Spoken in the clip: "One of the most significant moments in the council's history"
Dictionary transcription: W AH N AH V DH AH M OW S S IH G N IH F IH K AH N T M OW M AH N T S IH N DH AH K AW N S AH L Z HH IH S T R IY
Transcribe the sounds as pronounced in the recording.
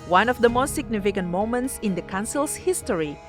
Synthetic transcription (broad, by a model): W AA N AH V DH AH M OW S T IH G N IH F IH K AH N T M OW M AH N T S IH N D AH K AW N S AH L S HH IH S T R IY